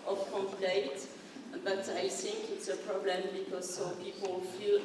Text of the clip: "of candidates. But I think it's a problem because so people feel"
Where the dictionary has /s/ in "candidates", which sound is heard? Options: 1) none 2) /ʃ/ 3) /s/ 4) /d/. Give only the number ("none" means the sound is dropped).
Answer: 1